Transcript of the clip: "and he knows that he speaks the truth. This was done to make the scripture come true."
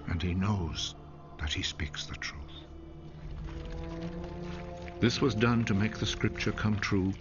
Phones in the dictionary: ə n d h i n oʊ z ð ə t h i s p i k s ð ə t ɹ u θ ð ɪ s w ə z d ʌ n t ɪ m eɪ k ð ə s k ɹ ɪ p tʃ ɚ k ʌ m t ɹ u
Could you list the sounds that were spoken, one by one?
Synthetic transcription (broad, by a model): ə n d i n oʊ z ð ə t h i s p i k s ð ə t ɹ u θ ð ɪ s w ə z d ʌ n t ɪ m eɪ k ð ə s k ɹ ɪ p tʃ ɚ k ʌ m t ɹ u